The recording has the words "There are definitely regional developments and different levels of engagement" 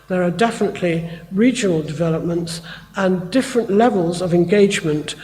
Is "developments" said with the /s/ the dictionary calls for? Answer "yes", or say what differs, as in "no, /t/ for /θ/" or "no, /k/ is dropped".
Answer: yes